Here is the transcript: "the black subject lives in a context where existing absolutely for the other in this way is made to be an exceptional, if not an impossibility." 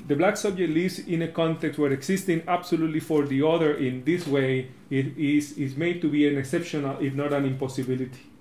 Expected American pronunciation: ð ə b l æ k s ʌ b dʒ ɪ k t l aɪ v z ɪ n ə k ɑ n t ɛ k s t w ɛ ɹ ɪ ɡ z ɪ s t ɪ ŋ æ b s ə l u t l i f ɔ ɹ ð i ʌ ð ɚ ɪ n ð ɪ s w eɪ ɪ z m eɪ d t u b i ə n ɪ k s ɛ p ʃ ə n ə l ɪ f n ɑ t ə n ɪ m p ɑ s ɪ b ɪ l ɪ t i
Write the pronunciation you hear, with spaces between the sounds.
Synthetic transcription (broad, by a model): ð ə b l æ k s ʌ b dʒ ɪ k t l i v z ɪ n ə k ɑ n t ɛ k s t w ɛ ɹ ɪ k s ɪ s t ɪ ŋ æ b s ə l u t l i f ɔ ɹ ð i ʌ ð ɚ ɪ n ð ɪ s w eɪ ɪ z m eɪ d t u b i ə n ɪ k s ɛ p ʃ ə n ə l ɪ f n ɑ t ə n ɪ m p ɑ s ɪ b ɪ l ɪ t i